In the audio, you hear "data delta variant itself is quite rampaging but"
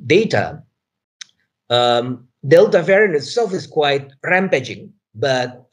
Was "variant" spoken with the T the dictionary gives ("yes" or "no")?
no